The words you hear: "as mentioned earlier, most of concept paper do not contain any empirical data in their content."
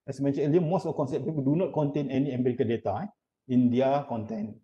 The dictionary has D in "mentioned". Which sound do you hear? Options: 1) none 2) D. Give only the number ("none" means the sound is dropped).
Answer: 1